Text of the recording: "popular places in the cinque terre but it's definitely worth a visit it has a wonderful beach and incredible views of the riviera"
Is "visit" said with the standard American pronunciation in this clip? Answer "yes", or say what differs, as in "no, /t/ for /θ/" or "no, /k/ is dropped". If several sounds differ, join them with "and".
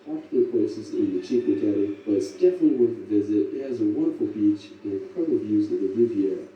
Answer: yes